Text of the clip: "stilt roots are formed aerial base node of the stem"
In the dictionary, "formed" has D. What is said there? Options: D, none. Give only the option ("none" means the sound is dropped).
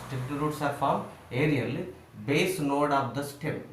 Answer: none